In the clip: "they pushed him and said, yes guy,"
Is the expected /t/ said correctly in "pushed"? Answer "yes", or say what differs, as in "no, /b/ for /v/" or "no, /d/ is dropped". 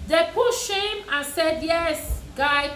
no, /t/ is dropped